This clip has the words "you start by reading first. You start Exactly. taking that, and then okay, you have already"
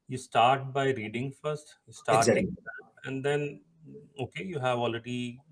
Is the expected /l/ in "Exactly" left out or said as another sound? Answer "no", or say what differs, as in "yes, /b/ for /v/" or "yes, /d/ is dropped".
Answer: yes, /l/ is dropped